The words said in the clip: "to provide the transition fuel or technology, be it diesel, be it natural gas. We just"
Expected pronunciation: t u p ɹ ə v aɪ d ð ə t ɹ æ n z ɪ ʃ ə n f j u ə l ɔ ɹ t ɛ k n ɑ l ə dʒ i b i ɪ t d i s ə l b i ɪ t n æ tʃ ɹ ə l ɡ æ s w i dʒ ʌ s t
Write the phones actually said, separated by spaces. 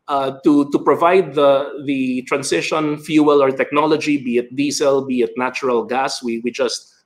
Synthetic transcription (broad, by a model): t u p ɹ ə v aɪ d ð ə t ɹ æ n s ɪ ʃ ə n f j u ə l ɔ ɹ t ɛ k n ɑ l ə dʒ i b i ɪ t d i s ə l b i ɪ t n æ tʃ ɹ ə l ɡ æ s w i dʒ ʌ s t